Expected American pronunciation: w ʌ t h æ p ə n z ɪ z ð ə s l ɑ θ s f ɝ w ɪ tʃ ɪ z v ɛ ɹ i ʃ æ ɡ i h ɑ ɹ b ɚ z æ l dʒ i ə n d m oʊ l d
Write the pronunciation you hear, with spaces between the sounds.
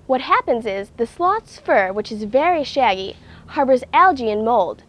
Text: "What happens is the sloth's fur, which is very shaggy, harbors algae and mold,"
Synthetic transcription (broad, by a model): w ʌ t h æ p ə n z ɪ z ð ə s l ɑ t s f ɝ w ɪ tʃ ɪ z v ɛ ɹ i ʃ æ ɡ i h ɑ ɹ b ɚ z æ l dʒ i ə n m oʊ l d